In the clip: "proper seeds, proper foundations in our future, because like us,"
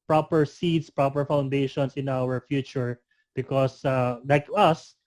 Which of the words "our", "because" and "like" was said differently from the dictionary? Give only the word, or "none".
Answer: because